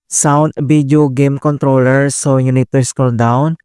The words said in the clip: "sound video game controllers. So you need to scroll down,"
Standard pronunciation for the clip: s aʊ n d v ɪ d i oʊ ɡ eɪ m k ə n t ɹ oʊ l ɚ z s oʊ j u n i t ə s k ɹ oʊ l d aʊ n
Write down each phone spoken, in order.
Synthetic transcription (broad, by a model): s aʊ n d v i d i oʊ ɡ eɪ m k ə n t ɹ oʊ l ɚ s oʊ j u n i t ə s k oʊ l d aʊ n